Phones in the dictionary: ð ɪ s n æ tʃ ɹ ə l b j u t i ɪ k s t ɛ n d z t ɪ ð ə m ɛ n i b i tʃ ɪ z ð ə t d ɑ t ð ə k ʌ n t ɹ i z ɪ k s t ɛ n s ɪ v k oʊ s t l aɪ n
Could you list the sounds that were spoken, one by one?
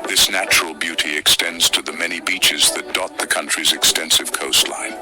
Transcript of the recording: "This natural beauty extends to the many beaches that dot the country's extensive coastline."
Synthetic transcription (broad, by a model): ð ɪ s n æ tʃ ɹ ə l b j u t i ɪ k s t ɛ n d z t ɪ ð ə m ɛ n i b i tʃ ɪ z ð ə t d ɑ t ð ə k ʌ n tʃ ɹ i z ɪ k s t ɛ n s ɪ v k oʊ s t l aɪ n